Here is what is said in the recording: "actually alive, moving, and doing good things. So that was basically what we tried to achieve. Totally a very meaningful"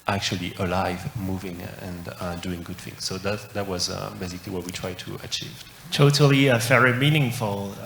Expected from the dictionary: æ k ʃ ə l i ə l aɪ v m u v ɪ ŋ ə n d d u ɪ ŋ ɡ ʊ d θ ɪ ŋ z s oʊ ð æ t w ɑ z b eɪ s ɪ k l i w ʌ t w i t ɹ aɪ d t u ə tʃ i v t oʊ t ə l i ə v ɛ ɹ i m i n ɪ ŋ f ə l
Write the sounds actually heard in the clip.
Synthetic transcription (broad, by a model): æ k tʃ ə l i ə l aɪ v m u v ɪ ŋ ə n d d u ɪ ŋ ɡ ʊ d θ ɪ ŋ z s oʊ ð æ t w ɑ z b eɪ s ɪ k l i w ʌ t w i t ɹ aɪ d t u ə tʃ i v t oʊ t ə l i ə f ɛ ɹ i m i n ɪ ŋ f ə l